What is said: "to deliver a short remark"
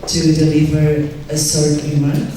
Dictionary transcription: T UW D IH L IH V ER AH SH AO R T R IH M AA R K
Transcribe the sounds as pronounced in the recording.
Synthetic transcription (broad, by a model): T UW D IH L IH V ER AH S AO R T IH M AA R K